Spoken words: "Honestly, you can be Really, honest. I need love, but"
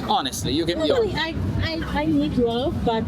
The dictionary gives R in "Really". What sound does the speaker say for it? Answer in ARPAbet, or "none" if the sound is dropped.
L